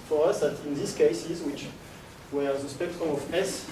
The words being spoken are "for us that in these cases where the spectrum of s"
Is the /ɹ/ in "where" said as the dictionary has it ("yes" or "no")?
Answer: no